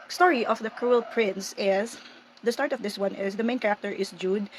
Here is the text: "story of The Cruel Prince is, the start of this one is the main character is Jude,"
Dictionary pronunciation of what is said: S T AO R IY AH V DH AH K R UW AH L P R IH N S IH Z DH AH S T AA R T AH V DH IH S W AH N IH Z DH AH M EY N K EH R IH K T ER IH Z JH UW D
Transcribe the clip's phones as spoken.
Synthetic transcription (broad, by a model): S T AO R IY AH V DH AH K R UW AH L P R IH N S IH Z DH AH S T AA R T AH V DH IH S W AH N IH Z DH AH M EY N K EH R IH K T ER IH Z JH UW D